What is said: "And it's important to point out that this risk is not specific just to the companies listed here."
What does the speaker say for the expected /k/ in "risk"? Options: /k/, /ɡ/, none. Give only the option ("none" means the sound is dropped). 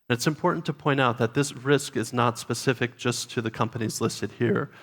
/k/